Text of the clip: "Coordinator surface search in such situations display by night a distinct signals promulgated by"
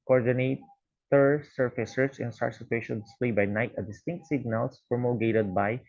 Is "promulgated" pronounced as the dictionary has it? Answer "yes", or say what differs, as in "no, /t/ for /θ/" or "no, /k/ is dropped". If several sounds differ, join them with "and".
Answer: no, /l/ is dropped